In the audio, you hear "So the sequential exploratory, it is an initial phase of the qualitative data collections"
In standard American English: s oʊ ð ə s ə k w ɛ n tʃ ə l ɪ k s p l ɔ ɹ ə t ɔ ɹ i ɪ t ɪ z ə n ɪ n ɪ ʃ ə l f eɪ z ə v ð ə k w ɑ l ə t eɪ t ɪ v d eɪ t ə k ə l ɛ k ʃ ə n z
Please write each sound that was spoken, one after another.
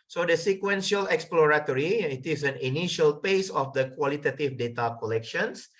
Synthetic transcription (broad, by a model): s oʊ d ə s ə k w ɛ n ʃ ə l ɪ k s p l ɔ ɹ ə t ɔ ɹ i ɪ t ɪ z ə n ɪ n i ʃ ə l p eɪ s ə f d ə k w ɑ l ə t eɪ t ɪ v d eɪ t ə k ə l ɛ k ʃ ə n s